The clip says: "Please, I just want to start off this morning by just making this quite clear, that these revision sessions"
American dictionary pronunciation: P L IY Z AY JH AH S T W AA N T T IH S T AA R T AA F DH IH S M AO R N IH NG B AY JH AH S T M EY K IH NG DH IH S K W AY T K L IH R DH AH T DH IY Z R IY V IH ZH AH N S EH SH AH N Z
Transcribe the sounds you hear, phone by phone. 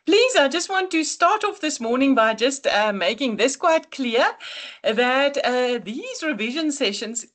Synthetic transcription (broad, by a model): P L IY Z AY JH AH S T W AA N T T IH S T AA R T AA F DH IH S M AO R N IH NG B AY JH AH S T M EY K IH NG DH IH S K W AY T K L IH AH DH AH T DH IY Z R IY V IH ZH AH N S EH SH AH N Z